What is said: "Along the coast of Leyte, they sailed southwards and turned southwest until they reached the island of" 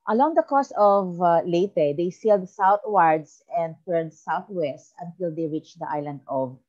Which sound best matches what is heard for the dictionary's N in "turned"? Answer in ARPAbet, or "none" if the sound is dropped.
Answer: none